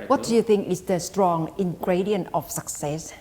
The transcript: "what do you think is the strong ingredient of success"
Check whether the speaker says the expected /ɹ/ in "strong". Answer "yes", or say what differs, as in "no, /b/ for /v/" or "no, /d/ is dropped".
yes